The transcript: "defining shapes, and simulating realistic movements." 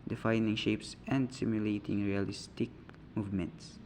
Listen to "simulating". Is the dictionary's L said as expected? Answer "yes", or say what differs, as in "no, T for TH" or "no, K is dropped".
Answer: yes